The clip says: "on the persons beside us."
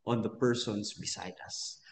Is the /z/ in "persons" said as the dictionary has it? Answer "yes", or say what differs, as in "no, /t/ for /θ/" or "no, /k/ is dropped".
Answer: no, /s/ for /z/